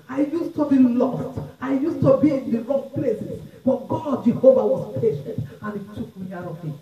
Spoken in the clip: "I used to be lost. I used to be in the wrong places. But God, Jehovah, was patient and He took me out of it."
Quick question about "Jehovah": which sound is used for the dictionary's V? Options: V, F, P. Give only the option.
V